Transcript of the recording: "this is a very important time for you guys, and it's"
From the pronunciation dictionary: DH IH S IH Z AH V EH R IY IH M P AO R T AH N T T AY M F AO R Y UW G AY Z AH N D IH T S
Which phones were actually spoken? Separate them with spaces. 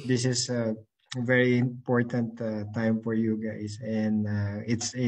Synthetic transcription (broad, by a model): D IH S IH S AH V EH R IY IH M P AO R T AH N T T AY M F AO R Y UW G AY S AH N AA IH T S